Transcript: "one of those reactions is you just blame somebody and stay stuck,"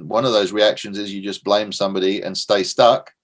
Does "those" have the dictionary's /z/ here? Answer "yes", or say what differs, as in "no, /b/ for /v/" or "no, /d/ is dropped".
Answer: yes